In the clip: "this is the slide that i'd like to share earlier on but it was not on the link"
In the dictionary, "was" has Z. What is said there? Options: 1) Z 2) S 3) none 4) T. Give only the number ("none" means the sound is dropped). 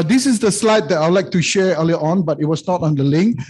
2